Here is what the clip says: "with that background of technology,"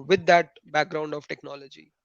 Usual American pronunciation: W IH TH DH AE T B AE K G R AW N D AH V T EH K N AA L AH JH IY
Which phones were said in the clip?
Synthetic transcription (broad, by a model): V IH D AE T B AE K G R AW N D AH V T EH K N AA L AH JH IY